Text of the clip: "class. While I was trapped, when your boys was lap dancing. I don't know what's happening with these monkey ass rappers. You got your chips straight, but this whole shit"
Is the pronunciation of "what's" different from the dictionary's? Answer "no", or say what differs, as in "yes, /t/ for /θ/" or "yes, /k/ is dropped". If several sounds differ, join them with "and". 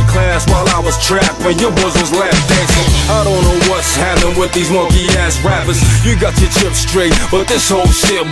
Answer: no